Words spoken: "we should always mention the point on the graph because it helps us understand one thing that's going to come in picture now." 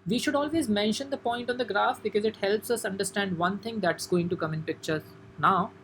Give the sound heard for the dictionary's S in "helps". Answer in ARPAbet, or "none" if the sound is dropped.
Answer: S